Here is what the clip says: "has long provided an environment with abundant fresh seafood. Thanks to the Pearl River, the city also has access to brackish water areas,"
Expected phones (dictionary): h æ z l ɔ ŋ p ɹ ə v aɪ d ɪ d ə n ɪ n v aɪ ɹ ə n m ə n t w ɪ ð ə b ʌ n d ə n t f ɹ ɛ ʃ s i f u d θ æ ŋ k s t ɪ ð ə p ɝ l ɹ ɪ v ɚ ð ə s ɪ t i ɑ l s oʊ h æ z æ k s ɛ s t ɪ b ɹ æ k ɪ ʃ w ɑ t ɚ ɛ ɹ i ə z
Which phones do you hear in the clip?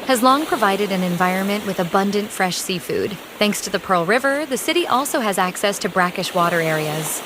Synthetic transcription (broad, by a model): h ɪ z l ɔ ŋ p ɹ ə v aɪ d ɪ d ə n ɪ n v aɪ ɹ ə n m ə n t w ɪ ð ə b ʌ n d ə n t f ɹ ɛ ʃ s i f u d θ æ ŋ k s t ɪ ð ə p ɝ l ɹ ɪ v ɚ ð ə s ɪ t i ɑ l s oʊ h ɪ z æ k s ɛ s t ɪ b ɹ æ k ɪ ʃ w ɑ t ɚ ɛ ɹ i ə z